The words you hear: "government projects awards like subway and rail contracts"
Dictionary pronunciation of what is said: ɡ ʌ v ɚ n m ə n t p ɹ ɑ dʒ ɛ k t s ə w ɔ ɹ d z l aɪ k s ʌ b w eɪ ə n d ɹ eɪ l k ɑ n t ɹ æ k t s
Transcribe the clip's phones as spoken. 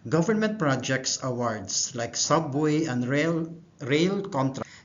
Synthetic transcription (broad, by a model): ɡ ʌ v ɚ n m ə n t p ɹ ɑ dʒ ɛ k t s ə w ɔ ɹ d s l aɪ k s ʌ b w eɪ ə n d ɹ eɪ l k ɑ n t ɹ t